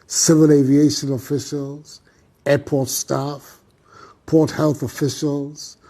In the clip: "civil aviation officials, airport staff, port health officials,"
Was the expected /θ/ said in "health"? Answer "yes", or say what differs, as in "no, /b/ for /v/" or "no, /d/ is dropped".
yes